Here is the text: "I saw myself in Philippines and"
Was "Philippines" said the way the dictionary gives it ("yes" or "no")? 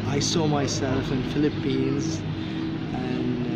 yes